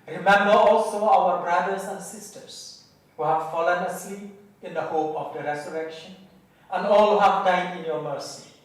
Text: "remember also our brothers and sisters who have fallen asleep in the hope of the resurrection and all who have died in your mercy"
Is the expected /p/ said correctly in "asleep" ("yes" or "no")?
no